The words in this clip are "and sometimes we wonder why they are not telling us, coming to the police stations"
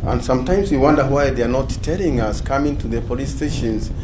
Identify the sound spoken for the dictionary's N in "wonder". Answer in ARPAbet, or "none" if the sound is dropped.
N